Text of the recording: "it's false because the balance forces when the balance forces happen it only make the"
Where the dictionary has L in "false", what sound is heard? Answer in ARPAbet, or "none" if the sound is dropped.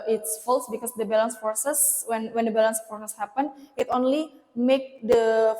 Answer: L